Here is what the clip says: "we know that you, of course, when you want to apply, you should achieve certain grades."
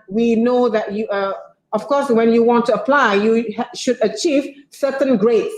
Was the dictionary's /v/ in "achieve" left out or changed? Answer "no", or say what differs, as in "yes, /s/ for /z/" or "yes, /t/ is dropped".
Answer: no